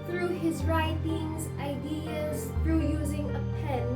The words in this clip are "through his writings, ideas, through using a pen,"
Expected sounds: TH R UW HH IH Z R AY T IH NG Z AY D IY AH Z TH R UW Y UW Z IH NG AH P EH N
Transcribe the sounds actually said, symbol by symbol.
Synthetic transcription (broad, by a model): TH R UW HH IH Z R AY T IH NG Z AY D IY AH Z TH R UW Y UW Z IH NG AH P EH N